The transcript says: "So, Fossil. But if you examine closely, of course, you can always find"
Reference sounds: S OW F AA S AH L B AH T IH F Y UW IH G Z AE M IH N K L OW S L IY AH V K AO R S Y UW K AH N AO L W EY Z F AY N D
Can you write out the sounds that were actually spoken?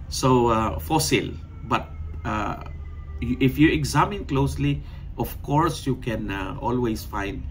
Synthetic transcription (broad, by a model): S OW F AA S AH L B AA T IH F Y UW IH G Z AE M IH N K L OW S L IY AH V K AO R S Y UW K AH N AO L W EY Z F AY N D